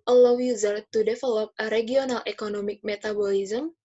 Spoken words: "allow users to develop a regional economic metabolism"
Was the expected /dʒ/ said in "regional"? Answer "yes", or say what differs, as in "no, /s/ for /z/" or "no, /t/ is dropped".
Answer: no, /dʒ/ is dropped